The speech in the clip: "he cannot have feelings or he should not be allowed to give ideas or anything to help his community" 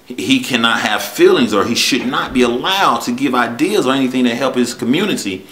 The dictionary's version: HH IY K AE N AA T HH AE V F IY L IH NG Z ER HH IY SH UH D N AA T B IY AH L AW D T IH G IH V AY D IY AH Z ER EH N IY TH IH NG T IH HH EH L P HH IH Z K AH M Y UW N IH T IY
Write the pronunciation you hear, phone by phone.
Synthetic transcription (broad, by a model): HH IY K AE N AA T HH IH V F IY L IH NG Z ER IY SH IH D N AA T B IY AH L AW D T IH G IH V AY D IY AH Z ER EH N IY TH IH NG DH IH HH EH L P HH IH Z K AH M Y UW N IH T IY